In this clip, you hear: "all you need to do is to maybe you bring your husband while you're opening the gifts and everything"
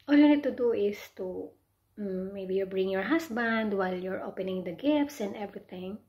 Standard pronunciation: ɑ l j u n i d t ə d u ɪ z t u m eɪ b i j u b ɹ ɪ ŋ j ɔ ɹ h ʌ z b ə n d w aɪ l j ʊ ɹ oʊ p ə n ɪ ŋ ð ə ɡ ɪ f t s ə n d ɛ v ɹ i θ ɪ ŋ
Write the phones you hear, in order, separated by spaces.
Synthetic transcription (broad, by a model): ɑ l j u n i d t ə d u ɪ s t u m eɪ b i j u b ɹ ɪ ŋ j ɔ ɹ h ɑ s b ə n d w aɪ l j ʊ ɹ oʊ p ə n ɪ ŋ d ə ɡ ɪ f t s ə n d ɛ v ɹ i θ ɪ ŋ